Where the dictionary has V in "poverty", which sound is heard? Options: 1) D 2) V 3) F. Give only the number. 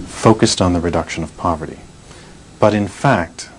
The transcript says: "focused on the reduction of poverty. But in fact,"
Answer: 2